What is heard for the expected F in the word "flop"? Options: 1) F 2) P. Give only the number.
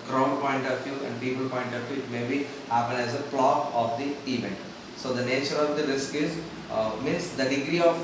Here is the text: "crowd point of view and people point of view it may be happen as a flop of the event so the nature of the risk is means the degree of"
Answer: 2